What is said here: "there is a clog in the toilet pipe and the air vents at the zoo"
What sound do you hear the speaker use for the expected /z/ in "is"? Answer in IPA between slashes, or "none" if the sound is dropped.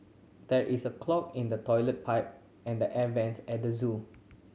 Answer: /s/